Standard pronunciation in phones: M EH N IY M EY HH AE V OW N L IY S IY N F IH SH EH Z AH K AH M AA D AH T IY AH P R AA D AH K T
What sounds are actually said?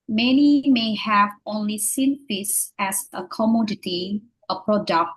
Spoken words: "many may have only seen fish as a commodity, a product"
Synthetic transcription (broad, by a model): M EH N IY M EY HH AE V OW N L IY S IY N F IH S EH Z AH K AH M AA D AH T IY AH P R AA D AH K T